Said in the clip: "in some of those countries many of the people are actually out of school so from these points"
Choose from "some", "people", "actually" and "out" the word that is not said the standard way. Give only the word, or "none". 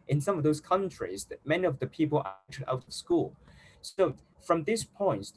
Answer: actually